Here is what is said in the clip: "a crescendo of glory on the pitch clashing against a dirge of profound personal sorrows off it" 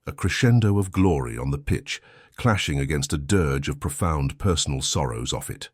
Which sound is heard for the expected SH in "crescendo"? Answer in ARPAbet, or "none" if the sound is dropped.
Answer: SH